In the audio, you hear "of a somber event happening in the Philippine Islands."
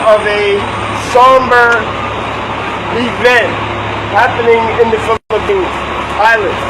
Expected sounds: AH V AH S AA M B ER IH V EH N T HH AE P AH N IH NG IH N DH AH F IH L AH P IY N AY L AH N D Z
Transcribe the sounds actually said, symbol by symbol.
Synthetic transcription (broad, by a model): AH V AH S AA M B ER IH V EH N T HH AE P AH N IH NG IH N DH AH F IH L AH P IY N AY L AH N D